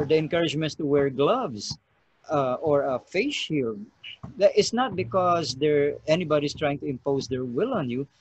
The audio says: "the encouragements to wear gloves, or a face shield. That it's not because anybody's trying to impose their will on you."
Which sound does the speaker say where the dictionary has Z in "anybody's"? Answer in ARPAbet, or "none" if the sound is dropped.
S